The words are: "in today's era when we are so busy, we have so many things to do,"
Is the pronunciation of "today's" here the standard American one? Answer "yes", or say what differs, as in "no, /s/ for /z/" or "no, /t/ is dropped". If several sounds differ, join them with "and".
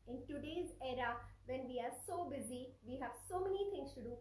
yes